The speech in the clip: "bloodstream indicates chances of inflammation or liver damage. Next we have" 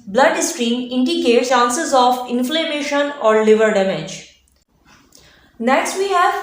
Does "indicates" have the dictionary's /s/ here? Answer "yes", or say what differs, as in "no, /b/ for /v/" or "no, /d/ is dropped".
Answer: no, /s/ is dropped